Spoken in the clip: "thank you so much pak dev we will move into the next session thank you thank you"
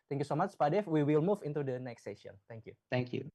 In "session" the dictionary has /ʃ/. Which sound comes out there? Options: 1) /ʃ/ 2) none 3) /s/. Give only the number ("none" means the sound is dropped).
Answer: 2